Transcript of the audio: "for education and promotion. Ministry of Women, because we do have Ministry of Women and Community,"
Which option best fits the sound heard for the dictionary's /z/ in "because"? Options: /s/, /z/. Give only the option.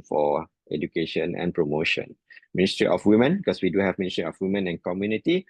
/s/